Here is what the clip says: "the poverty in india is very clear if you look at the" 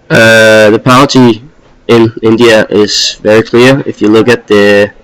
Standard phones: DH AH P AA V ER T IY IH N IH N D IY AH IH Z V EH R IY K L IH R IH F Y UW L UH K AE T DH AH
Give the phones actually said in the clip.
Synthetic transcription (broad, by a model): DH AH P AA ER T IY IH N IH N D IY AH IH Z V EH R IY K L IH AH IH F Y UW L UH K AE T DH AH